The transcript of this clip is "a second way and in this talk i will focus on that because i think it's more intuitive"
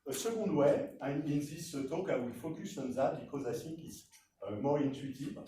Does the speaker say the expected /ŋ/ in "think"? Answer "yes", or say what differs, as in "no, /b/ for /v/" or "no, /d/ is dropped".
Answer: no, /ŋ/ is dropped